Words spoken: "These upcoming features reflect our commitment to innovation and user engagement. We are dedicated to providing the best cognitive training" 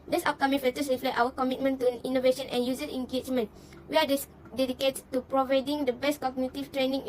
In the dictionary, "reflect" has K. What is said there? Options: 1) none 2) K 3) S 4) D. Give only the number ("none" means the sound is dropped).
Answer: 1